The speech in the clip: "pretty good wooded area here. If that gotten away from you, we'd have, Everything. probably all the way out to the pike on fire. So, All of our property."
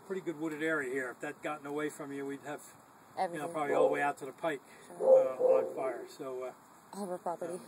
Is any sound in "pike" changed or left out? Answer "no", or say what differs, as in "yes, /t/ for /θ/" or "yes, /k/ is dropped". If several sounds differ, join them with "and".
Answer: no